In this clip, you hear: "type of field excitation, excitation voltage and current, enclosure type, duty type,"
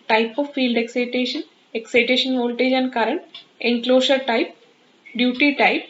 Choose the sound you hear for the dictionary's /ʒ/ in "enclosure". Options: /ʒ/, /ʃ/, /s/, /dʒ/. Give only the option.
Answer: /ʃ/